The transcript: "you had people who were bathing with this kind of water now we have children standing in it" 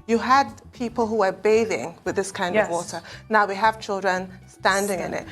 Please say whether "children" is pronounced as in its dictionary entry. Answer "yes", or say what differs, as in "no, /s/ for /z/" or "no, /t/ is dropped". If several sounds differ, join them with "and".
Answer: yes